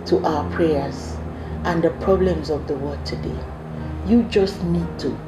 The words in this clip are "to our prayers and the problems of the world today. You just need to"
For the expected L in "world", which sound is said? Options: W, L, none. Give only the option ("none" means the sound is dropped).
none